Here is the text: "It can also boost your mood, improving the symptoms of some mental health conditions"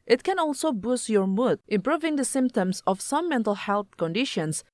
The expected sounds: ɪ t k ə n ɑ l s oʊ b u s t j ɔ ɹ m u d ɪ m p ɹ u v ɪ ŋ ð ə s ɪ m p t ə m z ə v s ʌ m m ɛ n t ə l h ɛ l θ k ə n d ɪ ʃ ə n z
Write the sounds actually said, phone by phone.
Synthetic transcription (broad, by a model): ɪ t k ə n ɑ l s oʊ b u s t j ɔ ɹ m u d ɪ m p ɹ u v ɪ ŋ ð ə s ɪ m p t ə m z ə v s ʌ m m ɛ n t ə l h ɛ l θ k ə n d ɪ ʃ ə n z